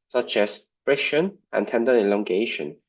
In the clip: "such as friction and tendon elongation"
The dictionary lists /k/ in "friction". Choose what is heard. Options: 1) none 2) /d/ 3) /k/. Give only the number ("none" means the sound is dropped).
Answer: 1